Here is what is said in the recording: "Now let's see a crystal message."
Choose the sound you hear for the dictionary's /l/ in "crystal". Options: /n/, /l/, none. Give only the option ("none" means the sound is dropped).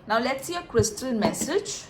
/n/